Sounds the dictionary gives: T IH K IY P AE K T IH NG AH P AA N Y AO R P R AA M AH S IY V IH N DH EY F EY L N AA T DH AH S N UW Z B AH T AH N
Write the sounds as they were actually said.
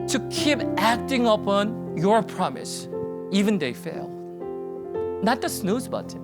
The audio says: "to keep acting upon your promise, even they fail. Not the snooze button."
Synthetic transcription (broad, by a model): T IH K IY P AE K T IH NG AH P AA N Y AO R P R AA M AH S IY V IH N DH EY F EY L N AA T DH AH S N UW Z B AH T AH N